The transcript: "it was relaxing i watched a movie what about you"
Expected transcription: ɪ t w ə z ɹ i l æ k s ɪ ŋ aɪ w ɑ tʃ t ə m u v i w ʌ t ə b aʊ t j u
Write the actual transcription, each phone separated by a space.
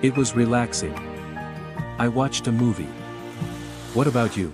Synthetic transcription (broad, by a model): ɪ t w ə z ɹ i l æ k s ɪ ŋ aɪ w ɑ tʃ t ə m u v i w ʌ t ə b aʊ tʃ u